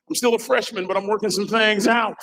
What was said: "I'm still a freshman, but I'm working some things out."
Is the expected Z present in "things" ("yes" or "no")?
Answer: yes